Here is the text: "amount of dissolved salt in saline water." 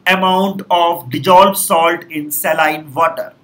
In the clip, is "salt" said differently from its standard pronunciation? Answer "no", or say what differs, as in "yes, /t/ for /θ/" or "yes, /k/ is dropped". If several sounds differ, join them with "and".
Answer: no